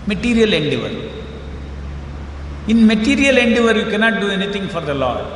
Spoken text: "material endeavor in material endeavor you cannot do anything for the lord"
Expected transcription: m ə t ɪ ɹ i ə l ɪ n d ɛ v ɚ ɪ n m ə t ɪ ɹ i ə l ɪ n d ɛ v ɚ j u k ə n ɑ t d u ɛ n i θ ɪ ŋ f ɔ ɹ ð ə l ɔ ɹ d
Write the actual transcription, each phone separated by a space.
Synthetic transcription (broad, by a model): m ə t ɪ ɹ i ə l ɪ n d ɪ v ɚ ɪ n m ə t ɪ ɹ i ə l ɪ n d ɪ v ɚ j u k ə n ɑ t d u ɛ n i t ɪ ŋ f ɔ ɹ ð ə l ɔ